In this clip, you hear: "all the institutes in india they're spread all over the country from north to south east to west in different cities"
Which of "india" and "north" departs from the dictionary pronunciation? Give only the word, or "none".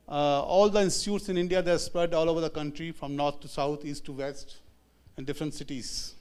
north